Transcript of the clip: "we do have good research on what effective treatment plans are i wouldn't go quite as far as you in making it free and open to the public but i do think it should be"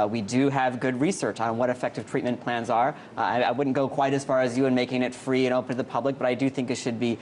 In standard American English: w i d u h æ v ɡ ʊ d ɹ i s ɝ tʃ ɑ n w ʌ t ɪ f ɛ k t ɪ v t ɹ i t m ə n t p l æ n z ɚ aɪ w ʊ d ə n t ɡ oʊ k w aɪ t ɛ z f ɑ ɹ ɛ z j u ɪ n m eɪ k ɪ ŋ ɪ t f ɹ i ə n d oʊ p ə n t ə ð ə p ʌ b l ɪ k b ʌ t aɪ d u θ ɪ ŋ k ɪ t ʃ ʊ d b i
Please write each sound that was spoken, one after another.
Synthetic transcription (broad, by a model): w i d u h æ v ɡ ʊ d ɹ i s ɝ tʃ n w ʌ t ɪ f ɛ k t ɪ v t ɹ i t m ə n p l æ n z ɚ aɪ w ʊ d n ɡ oʊ k w aɪ t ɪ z f ɑ ɹ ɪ z j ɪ ɪ n m eɪ k ɪ ŋ ɪ t f ɹ i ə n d oʊ p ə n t ð ə p ʌ b l ɪ k b ʌ t aɪ d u θ ɪ ŋ k ɪ t ʃ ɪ d b i